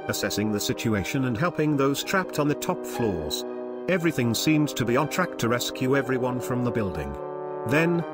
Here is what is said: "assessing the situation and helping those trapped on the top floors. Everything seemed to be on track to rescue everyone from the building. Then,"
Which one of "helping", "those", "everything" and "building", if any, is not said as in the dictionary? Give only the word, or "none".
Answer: none